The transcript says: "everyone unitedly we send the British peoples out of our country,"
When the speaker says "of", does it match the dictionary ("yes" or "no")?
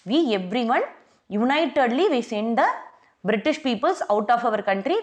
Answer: yes